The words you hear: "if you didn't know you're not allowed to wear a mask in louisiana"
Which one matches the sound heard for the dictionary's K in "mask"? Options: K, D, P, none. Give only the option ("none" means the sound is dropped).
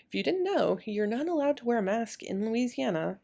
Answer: K